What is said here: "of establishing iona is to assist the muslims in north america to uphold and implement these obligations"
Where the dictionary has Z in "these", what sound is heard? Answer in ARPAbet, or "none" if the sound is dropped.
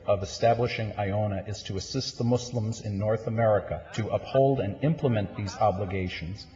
Z